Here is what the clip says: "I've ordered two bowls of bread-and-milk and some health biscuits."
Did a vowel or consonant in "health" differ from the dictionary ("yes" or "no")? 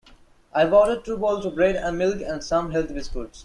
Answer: yes